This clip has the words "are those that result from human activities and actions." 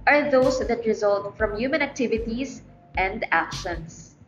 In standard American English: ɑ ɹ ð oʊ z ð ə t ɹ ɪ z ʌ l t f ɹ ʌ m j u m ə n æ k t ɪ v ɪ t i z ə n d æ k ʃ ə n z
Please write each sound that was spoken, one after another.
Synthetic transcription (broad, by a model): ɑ ɹ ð oʊ s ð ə t ɹ ɪ z ʌ l t f ɹ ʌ m j u m ə n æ k t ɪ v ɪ t i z ə n d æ k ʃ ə n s